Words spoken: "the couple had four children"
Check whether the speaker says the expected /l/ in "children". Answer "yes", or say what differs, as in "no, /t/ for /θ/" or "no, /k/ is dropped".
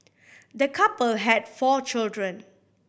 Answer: yes